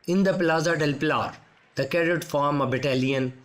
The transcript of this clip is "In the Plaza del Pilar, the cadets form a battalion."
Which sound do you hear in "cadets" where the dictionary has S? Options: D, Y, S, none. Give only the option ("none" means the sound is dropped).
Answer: none